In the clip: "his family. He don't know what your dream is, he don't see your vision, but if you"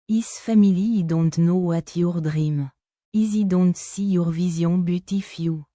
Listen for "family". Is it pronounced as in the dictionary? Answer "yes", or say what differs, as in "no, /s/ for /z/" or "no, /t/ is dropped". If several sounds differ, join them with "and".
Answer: no, /l/ is dropped